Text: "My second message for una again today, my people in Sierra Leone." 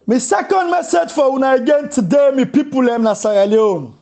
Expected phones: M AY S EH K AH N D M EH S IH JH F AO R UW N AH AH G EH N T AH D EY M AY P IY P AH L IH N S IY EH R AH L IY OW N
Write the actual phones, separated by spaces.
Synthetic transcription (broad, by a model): M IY S EH K AH N D M EH S IH JH F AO W UW N AH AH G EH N T AH D EY M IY P IY P AH L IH N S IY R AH L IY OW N